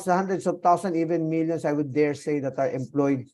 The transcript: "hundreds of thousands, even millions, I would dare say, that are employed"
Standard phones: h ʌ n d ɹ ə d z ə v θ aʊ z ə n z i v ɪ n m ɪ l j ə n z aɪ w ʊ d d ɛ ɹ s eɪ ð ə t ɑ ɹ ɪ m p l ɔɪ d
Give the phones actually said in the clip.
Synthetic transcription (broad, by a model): h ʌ n d ɹ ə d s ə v t aʊ s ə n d i v ɪ n m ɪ l j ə n s aɪ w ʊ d d ɛ ɹ s eɪ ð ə t ɑ ɹ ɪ m p l ɔɪ d